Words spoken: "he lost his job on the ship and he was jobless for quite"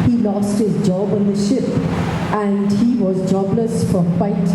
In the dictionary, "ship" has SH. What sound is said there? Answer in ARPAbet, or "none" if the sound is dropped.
SH